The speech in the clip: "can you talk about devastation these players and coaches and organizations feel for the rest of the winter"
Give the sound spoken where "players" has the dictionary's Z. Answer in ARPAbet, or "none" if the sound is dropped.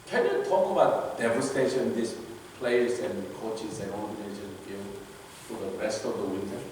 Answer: S